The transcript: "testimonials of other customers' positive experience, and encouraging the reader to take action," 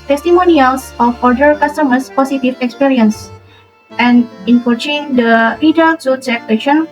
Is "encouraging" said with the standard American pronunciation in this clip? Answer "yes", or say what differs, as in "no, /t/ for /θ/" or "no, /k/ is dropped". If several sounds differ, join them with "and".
no, /tʃ/ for /dʒ/